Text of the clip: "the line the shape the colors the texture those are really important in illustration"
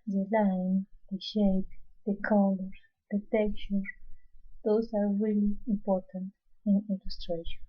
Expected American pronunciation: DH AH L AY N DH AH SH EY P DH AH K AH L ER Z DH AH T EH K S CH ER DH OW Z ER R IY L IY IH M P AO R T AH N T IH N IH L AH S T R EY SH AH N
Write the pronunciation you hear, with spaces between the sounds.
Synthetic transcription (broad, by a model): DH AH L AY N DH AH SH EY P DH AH K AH L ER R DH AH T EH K CH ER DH OW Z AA R IY L IY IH M P AO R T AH N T IH N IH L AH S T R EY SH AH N